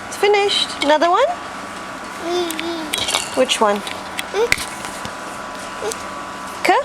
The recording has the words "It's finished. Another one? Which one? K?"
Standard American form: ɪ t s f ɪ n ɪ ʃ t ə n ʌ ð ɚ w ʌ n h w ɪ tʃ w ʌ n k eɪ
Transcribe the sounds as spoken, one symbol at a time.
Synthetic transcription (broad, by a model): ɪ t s f ɪ n ɪ ʃ t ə n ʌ ð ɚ w ʌ n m w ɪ tʃ w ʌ n k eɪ